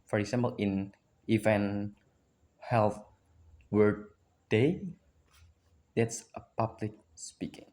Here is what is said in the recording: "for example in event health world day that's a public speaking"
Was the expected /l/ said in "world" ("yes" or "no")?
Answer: no